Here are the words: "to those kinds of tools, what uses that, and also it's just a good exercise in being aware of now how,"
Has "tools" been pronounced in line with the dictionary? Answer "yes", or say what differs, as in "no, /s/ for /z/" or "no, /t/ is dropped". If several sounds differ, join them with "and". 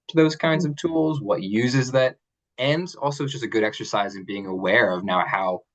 yes